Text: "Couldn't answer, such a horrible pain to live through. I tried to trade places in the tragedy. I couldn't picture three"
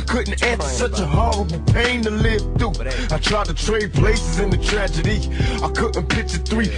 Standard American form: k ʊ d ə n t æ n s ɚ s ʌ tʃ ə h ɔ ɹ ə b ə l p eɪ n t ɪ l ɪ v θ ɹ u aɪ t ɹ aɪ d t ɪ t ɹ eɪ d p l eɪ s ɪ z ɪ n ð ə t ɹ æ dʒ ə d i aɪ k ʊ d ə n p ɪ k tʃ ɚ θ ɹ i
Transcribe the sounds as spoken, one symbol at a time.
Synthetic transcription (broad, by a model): k ʊ d n t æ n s s ʌ tʃ ə h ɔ ə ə p eɪ n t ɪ l ɪ v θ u aɪ t ɹ aɪ d t ɪ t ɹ eɪ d p l eɪ s ɪ z ɪ n ð ə t ɹ æ dʒ ə d i aɪ k ʊ d n p ɪ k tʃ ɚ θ ɹ i